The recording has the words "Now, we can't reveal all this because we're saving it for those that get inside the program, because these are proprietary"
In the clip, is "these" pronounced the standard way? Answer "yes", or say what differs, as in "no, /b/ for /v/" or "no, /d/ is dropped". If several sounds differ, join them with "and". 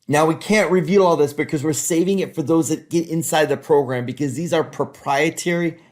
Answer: yes